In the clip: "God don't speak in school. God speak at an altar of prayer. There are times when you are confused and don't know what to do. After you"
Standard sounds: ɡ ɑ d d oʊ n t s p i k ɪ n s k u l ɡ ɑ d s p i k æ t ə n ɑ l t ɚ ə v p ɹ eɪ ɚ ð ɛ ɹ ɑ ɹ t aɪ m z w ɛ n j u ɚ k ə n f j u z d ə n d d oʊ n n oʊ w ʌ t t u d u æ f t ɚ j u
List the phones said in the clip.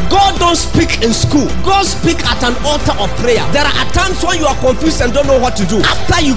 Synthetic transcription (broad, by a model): ɡ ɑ d d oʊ n t s p i k ɪ n s k u l ɡ ɑ d s p i k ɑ t ə n ɑ l t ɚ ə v p ɹ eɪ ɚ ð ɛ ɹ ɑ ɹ t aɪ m s w ɛ n j u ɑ k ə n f j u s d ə n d d oʊ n n oʊ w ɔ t t u d u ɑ f t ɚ j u